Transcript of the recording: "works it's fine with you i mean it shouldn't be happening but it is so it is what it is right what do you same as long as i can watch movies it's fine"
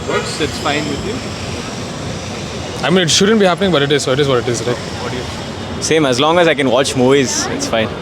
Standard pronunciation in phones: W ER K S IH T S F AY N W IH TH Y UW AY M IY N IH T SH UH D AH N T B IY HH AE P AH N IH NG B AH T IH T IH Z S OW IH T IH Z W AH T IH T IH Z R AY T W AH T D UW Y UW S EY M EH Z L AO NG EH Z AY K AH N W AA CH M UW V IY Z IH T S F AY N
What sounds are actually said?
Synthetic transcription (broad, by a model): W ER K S IH T S F AY N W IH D Y UW AY M IY N IH T SH UH D AH N T B IY HH AE P AH N IH NG B AH T IH T IH Z S OW IH T IH Z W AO T IH T IH Z R AY T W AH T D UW Y UW S EY M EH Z L AO NG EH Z AY K AH N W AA CH M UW IY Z IH T S F AY N